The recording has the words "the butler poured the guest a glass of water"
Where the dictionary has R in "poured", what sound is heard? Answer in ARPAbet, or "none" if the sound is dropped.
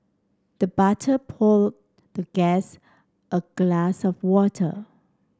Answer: L